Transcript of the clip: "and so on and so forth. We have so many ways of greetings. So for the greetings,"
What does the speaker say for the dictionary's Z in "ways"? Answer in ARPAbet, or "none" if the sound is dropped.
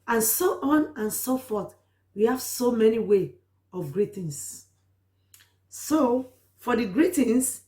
none